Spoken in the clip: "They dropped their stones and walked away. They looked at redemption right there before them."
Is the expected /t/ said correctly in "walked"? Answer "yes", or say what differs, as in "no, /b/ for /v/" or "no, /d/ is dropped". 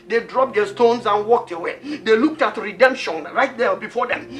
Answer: yes